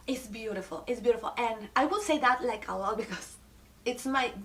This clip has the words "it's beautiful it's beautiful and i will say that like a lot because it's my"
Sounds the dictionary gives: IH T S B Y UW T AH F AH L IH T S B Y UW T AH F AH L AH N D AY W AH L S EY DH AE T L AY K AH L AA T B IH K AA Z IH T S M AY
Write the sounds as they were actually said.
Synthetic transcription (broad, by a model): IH T S B Y UW T AH F AH L IH T S B Y UW T AH F AH L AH N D AY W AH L S EY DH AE T L AY K AH W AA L B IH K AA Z IH T S M AY